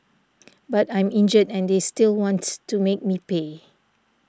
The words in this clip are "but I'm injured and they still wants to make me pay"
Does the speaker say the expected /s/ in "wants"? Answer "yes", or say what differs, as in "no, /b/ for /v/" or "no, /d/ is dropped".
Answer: no, /s/ is dropped